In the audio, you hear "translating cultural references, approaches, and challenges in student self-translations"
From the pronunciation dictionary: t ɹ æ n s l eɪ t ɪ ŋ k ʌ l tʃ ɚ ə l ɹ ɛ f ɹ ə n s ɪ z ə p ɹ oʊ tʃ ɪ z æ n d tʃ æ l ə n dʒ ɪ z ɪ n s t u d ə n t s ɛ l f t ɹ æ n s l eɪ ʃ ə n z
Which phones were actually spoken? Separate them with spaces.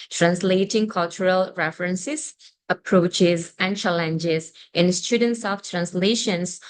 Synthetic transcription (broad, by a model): t ɹ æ n s l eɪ t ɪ ŋ k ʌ l tʃ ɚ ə l ɹ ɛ f ɹ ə n s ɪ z ə p ɹ oʊ tʃ ɪ z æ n d tʃ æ l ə n dʒ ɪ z ɪ n s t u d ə n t s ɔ f t ɹ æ n s l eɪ ʃ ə n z